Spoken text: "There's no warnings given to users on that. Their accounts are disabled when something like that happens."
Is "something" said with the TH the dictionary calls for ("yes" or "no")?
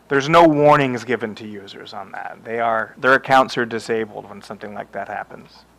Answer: yes